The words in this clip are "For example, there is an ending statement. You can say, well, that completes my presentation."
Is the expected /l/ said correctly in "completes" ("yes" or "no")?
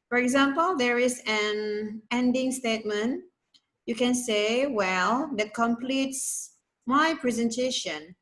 yes